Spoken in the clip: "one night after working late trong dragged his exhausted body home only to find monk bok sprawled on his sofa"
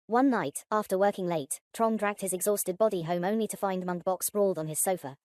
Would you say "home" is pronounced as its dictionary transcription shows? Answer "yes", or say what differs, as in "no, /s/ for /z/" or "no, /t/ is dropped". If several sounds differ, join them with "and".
yes